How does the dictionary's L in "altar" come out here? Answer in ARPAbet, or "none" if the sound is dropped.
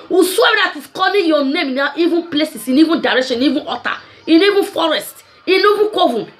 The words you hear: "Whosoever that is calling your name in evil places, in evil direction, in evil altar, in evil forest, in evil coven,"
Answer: none